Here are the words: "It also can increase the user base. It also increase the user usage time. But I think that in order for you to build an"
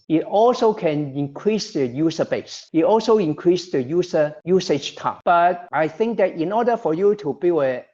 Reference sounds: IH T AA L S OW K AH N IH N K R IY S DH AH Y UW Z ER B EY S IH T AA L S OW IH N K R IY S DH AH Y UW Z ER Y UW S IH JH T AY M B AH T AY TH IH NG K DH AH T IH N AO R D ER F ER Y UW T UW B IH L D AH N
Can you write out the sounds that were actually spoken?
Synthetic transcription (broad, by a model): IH T AA L S OW K AH N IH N K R IY S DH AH Y UW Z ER B EY S IH T AA L S OW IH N K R IY S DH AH Y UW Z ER Y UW S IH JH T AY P B AH T AY TH IH NG K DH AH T IH N AO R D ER F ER Y UW T UW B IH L AH